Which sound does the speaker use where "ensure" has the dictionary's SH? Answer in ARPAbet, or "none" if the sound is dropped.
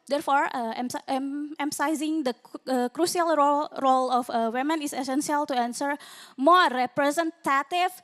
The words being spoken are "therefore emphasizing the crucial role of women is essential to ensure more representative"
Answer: S